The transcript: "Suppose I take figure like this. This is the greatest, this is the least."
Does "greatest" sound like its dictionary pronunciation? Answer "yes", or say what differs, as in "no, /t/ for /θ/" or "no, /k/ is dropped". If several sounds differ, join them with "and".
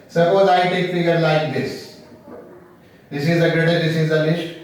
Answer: no, /s/ is dropped